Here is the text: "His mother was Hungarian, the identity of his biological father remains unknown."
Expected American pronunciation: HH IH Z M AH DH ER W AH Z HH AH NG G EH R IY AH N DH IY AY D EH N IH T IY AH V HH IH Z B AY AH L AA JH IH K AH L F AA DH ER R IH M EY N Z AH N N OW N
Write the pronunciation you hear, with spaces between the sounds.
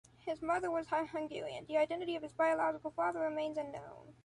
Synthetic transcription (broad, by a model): HH IH Z M AH DH ER W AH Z HH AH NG G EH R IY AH N DH IY AY D EH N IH T IY AH V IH Z B AY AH L AA JH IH K L F AA DH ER R IH M EY N Z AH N N OW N